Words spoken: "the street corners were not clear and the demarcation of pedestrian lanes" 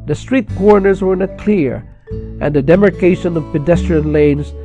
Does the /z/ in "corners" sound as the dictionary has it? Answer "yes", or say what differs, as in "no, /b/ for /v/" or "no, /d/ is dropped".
yes